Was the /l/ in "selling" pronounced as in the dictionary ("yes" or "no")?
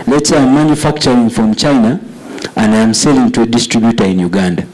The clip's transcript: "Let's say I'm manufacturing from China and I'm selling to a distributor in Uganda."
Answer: yes